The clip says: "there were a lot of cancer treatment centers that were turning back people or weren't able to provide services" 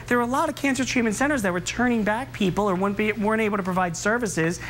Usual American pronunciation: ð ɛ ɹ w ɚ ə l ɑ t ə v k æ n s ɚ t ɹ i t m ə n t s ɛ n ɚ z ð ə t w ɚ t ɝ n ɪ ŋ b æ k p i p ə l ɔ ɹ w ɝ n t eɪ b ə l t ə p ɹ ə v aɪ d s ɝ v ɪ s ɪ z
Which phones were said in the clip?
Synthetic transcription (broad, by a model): ð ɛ ɹ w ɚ ə l ɑ t ə v k æ n s ɚ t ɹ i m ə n s ɛ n ɚ z ð ə t w ɚ t ɝ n ɪ ŋ b æ k p i p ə w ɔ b w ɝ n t eɪ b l t ə p ɹ ə v aɪ d s ɝ v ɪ s ɪ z